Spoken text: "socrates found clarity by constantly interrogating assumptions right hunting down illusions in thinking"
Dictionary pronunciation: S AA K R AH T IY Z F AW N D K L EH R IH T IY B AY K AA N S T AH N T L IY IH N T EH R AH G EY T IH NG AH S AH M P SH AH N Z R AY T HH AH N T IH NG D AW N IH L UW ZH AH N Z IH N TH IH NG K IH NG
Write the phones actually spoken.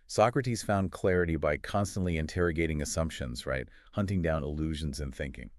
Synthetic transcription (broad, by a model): S AA K R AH T IY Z F AW N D K L EH R IH T IY B AY K AA N S T AH N T L IY IH N T EH R AH G EY T IH NG AH S AH M P SH AH N Z R AY T HH AH N T IH NG D AW N IH L UW ZH AH N Z IH N TH IH NG K IH NG